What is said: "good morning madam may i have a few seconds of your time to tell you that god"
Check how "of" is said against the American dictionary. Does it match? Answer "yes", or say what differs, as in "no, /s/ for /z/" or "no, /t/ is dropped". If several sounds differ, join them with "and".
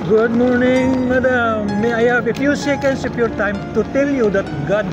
no, /p/ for /v/